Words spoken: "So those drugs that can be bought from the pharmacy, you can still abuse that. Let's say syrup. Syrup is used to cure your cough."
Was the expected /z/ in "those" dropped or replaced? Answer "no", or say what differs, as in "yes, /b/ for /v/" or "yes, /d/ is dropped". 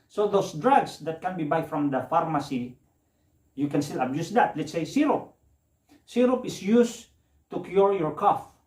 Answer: yes, /s/ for /z/